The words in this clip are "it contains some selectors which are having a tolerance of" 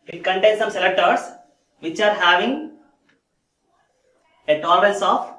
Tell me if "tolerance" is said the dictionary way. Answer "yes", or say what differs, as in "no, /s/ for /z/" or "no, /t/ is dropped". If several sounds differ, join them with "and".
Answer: no, /l/ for /n/